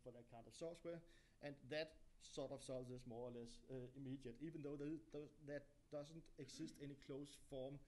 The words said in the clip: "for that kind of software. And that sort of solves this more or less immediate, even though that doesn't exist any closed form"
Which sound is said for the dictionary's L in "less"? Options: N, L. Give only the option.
L